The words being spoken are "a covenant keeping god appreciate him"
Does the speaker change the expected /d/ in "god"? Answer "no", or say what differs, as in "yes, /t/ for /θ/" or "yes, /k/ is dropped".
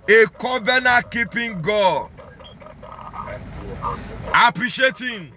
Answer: yes, /d/ is dropped